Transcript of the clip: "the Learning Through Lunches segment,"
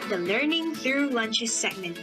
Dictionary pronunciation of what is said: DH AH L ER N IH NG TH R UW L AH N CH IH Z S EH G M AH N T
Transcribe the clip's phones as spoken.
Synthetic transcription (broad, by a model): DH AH L ER N IH NG TH R UW L AH N CH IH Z S EH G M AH N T